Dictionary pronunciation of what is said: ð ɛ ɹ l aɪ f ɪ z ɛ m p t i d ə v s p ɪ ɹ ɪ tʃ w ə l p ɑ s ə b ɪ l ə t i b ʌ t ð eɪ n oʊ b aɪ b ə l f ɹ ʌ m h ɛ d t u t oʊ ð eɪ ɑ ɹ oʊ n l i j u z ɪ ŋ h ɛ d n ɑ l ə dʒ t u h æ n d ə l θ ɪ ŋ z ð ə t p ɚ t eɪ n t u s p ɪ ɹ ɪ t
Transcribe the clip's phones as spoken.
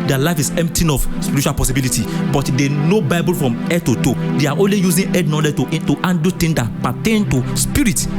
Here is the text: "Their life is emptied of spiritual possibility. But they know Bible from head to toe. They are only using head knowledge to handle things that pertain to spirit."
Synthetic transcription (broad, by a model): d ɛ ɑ l aɪ f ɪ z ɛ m p t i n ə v s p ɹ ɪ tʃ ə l p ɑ s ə b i l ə t i b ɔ t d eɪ n oʊ b aɪ b ə l f ɹ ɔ m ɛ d t u t oʊ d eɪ ɑ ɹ oʊ n l i j u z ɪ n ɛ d n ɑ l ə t t u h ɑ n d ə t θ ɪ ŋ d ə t p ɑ t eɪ n t u s p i ɹ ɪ t